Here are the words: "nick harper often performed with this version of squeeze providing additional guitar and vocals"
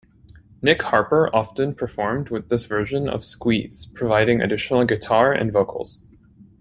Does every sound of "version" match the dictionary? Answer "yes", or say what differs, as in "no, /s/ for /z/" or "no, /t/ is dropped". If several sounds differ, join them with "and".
yes